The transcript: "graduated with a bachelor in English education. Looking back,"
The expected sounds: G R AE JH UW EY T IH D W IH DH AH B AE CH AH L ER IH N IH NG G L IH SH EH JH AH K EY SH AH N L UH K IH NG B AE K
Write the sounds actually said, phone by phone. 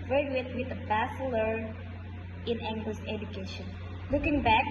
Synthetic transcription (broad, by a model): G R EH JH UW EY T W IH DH AH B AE S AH L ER IH N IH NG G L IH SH EH JH AH K EY SH AH N L UH K IH NG B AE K